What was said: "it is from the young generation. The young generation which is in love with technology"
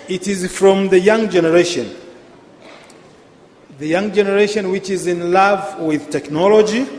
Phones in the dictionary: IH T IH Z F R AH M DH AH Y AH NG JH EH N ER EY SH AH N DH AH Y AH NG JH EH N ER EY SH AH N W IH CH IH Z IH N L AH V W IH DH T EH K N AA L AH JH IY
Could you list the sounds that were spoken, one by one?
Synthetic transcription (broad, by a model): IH T IH Z F R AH M DH AH Y AH NG JH EH N ER EY SH AH N DH AH Y AH NG JH EH N ER EY SH AH N W IH CH IH Z IH N L AH V W IH DH T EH K N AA L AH JH IY